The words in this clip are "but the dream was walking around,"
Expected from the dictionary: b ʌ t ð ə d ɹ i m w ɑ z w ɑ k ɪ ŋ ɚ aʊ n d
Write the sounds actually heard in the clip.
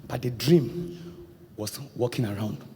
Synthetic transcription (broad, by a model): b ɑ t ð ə d ɹ i m w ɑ s w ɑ k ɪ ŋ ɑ aʊ n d